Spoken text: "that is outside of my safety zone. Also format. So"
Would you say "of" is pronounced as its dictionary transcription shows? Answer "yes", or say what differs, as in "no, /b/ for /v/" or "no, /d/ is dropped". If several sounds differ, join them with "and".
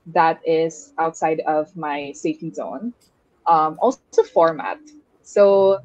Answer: yes